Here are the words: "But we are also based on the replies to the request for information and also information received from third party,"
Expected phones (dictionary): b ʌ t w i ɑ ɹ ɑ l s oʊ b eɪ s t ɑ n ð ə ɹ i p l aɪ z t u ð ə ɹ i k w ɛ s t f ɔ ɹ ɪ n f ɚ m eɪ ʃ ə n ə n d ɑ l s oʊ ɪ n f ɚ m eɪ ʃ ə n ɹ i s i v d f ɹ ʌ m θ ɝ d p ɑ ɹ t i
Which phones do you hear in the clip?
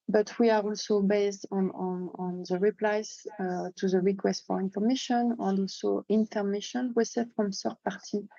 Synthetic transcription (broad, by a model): b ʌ t w i ɑ ɹ ɑ l s oʊ b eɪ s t ɑ n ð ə ɹ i p l aɪ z t u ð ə ɹ i k w ɛ s t f ɔ ɹ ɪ n f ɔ m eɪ ʃ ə n ə n d ɑ l s oʊ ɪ n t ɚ m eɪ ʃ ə n w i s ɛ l f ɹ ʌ m s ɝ p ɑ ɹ t i